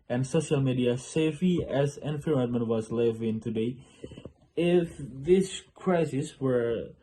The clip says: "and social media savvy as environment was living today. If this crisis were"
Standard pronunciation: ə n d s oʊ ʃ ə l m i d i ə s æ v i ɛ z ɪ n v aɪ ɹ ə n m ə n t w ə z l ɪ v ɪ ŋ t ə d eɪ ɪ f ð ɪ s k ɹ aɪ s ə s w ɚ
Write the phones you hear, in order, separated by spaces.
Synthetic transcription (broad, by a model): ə n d s oʊ ʃ ə l m i d i ə s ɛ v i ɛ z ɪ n f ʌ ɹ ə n m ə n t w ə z l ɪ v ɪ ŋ t ə d eɪ ɪ f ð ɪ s k ɹ aɪ s ə s w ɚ